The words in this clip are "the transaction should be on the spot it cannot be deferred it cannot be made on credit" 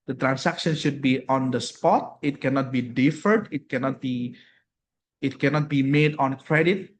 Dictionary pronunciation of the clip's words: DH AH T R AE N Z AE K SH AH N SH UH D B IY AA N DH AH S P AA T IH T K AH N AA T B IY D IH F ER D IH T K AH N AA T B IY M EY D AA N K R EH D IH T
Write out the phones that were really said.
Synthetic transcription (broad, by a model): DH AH T R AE N S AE K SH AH N SH UH D B IY AA N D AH S P AA T IH T K AH N AA T B IY D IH F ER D IH T K AH N AA T B IY M EY D AA N K R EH D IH T